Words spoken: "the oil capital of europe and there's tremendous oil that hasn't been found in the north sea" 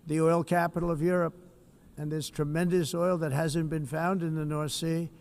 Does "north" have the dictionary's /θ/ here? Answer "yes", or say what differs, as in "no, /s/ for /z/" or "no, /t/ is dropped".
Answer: yes